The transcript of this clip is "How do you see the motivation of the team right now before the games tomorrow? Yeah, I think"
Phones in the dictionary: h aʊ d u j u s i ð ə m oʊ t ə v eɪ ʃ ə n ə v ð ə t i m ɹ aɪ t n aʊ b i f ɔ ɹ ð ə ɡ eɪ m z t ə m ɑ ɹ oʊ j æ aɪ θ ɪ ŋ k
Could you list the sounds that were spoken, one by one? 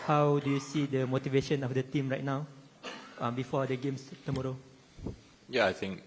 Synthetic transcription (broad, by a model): h aʊ d u j u s i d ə m oʊ t ə v eɪ ʃ ə n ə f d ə t i m ɹ aɪ t n aʊ b i f ɔ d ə ɡ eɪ m s t ə m ɑ ɹ oʊ j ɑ aɪ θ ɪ ŋ k